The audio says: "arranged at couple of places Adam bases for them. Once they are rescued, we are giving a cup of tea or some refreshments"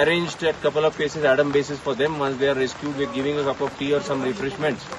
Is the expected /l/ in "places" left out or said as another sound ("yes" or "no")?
yes